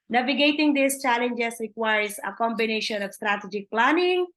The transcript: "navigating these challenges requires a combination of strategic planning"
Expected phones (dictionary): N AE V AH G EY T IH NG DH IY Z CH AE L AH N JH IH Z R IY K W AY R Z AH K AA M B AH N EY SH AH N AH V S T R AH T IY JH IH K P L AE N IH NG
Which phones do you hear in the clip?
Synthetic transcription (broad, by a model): N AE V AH G EY T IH NG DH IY S CH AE L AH N JH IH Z R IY K W AY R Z AH K AA M B AH N EY SH AH N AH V S T R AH T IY JH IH K P L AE N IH NG